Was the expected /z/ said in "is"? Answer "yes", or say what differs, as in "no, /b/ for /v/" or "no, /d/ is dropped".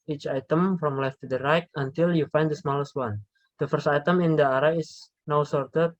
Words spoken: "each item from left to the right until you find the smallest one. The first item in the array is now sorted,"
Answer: no, /s/ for /z/